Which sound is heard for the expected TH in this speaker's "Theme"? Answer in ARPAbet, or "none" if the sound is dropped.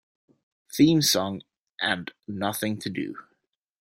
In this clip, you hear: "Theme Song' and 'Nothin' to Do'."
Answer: TH